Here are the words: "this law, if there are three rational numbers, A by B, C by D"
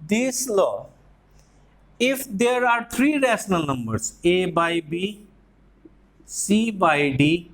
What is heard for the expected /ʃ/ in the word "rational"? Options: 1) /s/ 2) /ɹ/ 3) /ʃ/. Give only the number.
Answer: 1